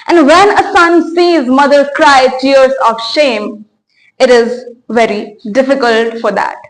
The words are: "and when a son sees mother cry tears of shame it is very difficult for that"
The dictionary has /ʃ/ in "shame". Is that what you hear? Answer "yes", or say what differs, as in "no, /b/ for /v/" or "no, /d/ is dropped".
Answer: yes